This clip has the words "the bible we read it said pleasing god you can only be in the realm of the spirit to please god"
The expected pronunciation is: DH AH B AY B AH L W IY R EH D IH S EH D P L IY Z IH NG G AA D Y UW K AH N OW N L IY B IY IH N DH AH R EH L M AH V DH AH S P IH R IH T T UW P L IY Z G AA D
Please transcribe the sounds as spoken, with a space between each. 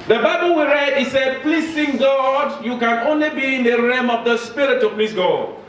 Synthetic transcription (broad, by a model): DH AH B AY B AH L W IY R EH D IH S EH D P L IY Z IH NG G AA D Y UW K AH N OW N L IY B IY IH N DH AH R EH M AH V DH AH S P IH R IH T T UW P L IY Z G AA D